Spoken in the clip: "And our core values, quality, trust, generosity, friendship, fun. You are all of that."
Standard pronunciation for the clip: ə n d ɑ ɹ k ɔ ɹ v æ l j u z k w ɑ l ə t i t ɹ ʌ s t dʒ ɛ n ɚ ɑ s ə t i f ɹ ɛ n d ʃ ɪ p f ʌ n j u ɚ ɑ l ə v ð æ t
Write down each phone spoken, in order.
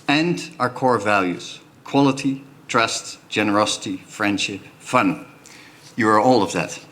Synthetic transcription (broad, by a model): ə n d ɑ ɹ k ɔ ɹ v æ l j u z k w ɑ l ə t i t ɹ ʌ s t dʒ ɛ n ɚ ɑ s ə t i f ɹ ɛ n d ʃ ɪ p f ʌ n j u ɚ ɑ l ə v ð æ t